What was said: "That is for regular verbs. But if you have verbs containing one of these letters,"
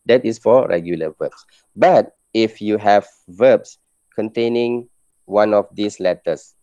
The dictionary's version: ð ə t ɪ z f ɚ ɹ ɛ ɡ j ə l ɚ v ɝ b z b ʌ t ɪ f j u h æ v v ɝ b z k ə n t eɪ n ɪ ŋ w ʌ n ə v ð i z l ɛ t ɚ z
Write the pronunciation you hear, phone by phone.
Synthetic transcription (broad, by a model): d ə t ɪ s f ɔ ɹ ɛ ɡ j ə l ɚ v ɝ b s b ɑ t ɪ f j u h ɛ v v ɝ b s k ə n t eɪ n ɪ ŋ w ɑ n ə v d i s l ɛ t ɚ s